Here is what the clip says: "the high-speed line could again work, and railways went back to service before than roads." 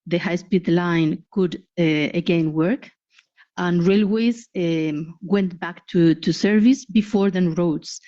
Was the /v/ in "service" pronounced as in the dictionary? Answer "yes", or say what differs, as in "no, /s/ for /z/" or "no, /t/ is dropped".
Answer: yes